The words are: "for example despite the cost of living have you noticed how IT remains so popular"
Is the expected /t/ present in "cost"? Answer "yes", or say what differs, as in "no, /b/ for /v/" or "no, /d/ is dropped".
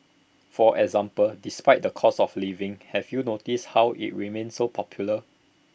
no, /t/ is dropped